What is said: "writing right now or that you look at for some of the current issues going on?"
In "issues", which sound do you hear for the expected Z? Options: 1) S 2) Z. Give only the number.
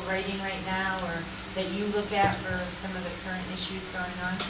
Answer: 2